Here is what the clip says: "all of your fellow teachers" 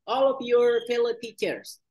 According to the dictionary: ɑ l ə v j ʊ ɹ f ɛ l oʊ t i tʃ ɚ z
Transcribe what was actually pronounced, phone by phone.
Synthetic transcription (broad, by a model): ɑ l ə v j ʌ ɹ p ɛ l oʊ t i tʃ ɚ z